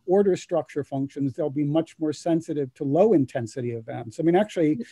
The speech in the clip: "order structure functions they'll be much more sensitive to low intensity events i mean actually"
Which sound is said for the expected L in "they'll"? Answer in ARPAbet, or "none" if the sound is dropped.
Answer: L